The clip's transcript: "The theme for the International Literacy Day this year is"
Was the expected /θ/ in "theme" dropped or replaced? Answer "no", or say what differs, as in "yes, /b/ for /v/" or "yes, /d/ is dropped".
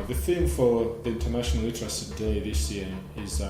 no